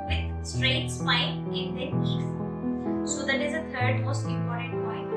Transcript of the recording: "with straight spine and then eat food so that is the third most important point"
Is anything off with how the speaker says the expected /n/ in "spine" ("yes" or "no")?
yes